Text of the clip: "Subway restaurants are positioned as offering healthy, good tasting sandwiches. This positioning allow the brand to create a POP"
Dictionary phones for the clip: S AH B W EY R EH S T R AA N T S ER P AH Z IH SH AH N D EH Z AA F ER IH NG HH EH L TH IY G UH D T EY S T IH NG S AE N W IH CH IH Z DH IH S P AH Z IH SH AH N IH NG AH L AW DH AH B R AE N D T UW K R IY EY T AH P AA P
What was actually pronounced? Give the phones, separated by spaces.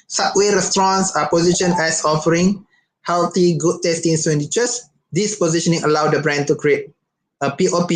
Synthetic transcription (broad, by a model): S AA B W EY R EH S T R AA N S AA P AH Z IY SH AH N EH S AA F ER IH NG HH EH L T IY G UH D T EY S T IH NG S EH N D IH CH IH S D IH S P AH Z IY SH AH N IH NG AH L AW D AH B R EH N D T UW K R IY EY T AH P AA P